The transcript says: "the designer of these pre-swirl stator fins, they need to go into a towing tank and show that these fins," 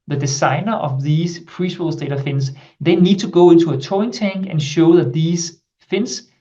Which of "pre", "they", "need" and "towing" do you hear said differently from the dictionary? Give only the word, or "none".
towing